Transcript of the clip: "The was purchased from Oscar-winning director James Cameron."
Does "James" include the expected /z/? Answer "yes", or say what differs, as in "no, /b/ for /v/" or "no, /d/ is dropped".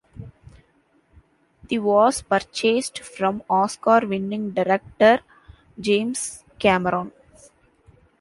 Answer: no, /s/ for /z/